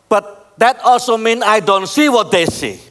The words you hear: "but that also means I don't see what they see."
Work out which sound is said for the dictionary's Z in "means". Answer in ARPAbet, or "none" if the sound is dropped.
none